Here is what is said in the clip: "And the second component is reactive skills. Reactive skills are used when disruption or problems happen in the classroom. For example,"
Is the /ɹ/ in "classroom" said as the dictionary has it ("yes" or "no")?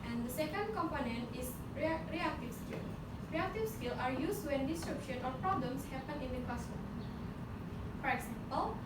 no